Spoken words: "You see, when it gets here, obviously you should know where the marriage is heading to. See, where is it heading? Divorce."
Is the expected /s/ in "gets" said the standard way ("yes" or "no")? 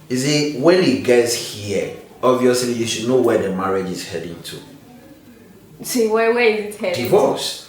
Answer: yes